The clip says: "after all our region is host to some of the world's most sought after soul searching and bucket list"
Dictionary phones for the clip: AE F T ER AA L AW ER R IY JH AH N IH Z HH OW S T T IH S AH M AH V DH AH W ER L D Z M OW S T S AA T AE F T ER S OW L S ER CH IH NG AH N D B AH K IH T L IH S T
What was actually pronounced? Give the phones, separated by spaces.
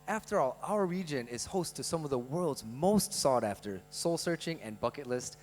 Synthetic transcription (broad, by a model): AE F T ER AA L AW ER R IY JH AH N IH Z HH OW S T T IH S AH M AH V DH AH W ER L D Z M OW S T S AA T AE F T ER S OW L S ER CH IH NG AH N B AH K IH T L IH S T